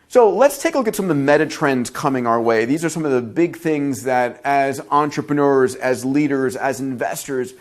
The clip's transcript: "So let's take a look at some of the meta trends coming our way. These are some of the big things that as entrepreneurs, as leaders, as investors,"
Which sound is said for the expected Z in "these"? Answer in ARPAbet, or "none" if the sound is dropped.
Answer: Z